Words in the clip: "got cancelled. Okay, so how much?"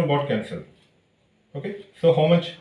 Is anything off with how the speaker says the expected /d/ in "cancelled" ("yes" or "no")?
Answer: yes